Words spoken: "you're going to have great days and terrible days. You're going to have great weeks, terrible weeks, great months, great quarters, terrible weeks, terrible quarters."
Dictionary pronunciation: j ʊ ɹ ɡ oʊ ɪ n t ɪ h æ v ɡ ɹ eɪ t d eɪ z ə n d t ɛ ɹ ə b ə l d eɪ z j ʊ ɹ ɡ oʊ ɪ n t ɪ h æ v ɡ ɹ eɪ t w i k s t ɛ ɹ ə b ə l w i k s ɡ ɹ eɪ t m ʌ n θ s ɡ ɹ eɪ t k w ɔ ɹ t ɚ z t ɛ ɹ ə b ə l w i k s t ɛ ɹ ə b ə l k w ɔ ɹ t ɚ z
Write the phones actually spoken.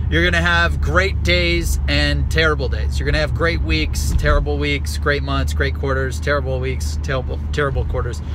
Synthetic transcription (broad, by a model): j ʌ ɹ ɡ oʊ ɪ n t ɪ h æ v ɡ ɹ eɪ t d eɪ z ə n t ɛ ɹ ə b l d eɪ z j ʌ ɹ ɡ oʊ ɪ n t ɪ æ v ɡ ɹ eɪ t w i k s t ɛ ɹ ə b l w i k s ɡ ɹ eɪ t m ʌ n θ s ɡ ɹ eɪ t k w ɔ ɹ t ɚ z t ɛ ɹ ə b l w i k s t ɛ ɹ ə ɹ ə l k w ɔ ɹ t ɚ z